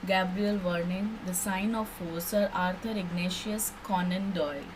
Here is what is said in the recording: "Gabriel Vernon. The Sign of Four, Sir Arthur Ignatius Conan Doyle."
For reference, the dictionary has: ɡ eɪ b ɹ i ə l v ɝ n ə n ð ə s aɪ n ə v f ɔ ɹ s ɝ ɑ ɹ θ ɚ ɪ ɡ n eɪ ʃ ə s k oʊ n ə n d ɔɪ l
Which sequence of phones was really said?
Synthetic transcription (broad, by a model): ɡ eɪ b ɹ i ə l v ɝ n ə n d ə s aɪ n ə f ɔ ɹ s ɝ ɑ ɹ t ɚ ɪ ɡ n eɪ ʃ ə s k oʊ n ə n d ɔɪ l